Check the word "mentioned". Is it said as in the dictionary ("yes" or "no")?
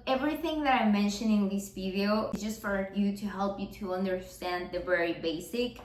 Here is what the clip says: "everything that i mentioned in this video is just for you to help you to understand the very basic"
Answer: no